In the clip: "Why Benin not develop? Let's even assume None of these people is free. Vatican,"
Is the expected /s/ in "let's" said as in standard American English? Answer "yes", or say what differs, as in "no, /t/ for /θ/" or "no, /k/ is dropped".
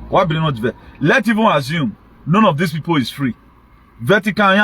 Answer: no, /s/ is dropped